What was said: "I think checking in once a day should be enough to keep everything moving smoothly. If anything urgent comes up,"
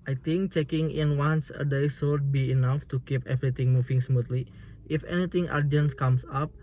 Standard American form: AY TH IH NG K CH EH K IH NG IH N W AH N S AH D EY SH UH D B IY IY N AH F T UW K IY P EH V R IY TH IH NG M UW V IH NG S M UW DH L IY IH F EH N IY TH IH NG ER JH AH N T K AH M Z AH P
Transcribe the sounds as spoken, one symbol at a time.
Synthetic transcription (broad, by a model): AY T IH NG K CH EH K IH NG IH N W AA N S AH D EY S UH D B IY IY N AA F T UW K IY P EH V R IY T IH NG M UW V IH NG S M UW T L IY IH F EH N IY T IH NG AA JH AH N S K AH M S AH P